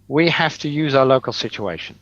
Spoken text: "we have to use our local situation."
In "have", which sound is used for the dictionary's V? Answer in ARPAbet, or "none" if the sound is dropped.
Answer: F